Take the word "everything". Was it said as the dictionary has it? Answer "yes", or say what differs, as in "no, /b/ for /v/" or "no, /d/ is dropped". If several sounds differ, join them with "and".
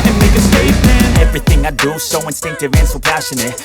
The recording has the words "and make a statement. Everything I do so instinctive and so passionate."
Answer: yes